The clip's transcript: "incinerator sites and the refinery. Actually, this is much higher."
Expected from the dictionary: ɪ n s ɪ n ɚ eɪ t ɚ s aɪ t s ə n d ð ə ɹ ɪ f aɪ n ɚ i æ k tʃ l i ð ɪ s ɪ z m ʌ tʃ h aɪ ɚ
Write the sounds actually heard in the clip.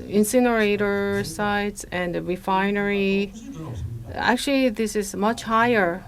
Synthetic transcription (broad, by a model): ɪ n s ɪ n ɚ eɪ t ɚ s aɪ t s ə n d ɹ ɪ f aɪ n ɚ i æ k tʃ l i ð ɪ s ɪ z m ʌ tʃ h aɪ ɚ